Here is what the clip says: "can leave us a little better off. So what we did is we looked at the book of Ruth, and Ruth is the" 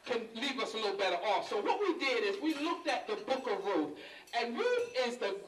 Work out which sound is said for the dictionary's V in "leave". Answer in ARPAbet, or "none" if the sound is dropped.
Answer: V